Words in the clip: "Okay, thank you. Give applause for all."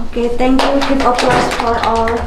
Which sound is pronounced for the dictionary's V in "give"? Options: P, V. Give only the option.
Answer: P